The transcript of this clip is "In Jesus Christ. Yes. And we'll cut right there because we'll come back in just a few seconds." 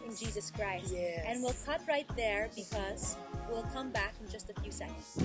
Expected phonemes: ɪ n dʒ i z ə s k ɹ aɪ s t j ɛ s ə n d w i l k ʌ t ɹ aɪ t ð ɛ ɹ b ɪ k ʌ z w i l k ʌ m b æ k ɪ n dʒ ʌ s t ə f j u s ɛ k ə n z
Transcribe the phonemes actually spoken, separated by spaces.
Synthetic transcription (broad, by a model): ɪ n dʒ i z ə s k ɹ aɪ s t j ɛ ə n w i l k ʌ t ɹ aɪ t ð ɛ ɹ b ɪ k ʌ z w i l k ʌ m b æ k ɪ n dʒ ʌ s t ə f j u s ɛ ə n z